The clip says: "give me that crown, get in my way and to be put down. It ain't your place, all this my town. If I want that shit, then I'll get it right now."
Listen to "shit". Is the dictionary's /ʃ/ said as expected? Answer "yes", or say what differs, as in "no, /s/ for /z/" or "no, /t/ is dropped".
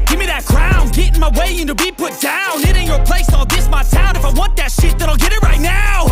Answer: yes